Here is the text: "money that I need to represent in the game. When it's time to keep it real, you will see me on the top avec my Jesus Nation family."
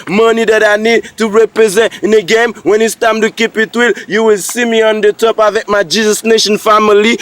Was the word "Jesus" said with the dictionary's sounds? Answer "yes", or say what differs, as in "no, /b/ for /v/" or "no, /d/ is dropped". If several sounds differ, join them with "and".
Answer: yes